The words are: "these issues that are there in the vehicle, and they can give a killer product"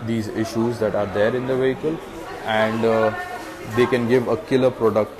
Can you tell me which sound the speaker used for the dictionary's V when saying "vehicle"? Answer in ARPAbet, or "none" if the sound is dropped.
V